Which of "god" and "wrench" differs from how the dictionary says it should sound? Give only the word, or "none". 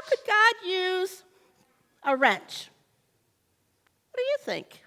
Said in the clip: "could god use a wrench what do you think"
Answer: none